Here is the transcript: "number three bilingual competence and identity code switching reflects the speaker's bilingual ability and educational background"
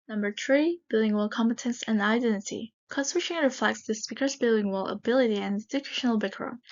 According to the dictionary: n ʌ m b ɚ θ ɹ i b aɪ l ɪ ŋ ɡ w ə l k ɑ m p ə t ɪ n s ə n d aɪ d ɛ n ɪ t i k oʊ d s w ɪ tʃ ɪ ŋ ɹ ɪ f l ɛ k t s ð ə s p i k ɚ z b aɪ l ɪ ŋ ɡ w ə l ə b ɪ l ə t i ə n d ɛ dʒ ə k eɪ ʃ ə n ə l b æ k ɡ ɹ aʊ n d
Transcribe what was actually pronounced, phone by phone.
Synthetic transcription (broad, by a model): n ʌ m b ɚ θ ɹ i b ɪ l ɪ ŋ w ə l k ɑ m p ə t ɪ n s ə n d aɪ d ɛ n ɪ t i k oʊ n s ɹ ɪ ʃ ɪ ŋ ɹ ɪ f l ɛ k t s ð ə s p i k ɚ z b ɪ l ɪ ŋ w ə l ə b ɪ l ə t i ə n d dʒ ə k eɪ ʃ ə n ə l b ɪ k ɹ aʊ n